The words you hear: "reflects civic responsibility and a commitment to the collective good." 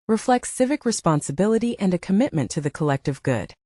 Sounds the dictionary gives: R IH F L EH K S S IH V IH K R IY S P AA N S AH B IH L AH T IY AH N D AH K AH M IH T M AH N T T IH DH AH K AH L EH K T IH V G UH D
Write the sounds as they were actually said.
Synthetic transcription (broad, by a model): R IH F L EH K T S IH V IH K R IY S P AA N S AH B IH L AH T IY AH N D AH K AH M IH T M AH N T T IH DH AH K AH L EH K T IH V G UH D